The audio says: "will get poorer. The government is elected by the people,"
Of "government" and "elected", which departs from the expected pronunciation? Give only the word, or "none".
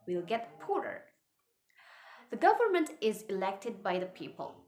none